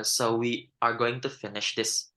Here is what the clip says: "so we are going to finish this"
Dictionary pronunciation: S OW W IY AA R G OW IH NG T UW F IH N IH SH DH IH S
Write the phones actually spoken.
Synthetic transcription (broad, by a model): S OW W IY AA R G OW IH NG T UW F IH N IH SH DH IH S